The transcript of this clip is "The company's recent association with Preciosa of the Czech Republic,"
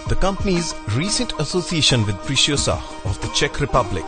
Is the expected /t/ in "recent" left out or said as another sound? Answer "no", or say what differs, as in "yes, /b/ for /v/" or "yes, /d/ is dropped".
no